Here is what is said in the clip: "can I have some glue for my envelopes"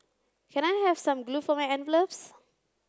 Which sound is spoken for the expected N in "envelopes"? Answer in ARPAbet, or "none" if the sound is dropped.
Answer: N